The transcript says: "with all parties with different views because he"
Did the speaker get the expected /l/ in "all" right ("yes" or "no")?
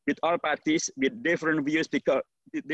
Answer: yes